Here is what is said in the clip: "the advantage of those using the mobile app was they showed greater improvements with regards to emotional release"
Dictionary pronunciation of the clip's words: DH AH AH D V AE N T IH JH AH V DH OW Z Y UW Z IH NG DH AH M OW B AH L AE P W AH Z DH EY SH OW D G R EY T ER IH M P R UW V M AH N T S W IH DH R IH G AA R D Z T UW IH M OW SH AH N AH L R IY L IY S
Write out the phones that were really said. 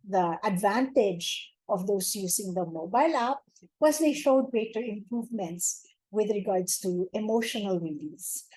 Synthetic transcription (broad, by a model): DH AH AH D V AE N T IH JH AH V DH OW S Y UW S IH NG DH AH M OW B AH L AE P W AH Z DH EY SH OW D G R EY T ER IH M P R UW V M AH N T S W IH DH R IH G AA R D S T UW IH M OW SH AH N AH L R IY L IY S